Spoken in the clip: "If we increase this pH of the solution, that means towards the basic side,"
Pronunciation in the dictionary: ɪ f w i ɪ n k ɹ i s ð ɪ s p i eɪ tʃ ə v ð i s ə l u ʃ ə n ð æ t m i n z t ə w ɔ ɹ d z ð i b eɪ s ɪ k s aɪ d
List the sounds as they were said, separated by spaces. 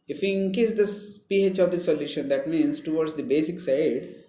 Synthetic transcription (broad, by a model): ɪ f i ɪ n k i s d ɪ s p i eɪ tʃ ə v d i s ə l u ʃ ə n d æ t m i n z t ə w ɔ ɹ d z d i b eɪ s ɪ k s aɪ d